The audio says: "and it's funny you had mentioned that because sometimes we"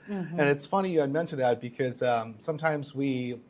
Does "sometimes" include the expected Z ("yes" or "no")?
yes